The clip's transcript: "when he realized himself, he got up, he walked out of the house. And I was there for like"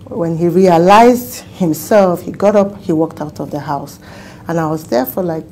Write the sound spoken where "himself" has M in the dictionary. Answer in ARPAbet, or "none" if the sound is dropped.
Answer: M